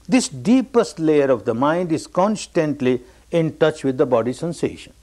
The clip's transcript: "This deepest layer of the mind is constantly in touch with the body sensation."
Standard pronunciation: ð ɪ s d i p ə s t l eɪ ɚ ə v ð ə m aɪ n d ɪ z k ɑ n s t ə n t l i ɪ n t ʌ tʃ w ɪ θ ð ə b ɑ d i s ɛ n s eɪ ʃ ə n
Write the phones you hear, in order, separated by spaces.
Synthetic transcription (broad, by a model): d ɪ s d i p ə s t l eɪ ɚ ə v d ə m aɪ n d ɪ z k ɑ n s t ə n t l i ɪ n t ʌ tʃ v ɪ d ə b ɑ d i s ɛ n s eɪ ʃ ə n